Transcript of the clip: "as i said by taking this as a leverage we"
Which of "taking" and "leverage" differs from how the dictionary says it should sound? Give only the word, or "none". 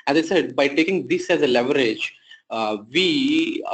none